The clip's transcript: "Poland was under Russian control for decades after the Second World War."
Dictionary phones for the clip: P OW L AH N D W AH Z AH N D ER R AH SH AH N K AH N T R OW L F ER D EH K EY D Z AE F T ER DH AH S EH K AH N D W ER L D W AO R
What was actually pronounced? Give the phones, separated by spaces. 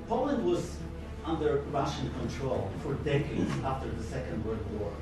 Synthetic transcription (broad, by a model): P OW L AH N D W AH Z AH N D ER R AH SH AH N K AH N T R OW L F ER D EH K EY D Z AE F T ER DH AH S EH K AH N D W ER D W AO R